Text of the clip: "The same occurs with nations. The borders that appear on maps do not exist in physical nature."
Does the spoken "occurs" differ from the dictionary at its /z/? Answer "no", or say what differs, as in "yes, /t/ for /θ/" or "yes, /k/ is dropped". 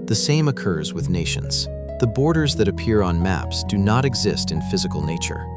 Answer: no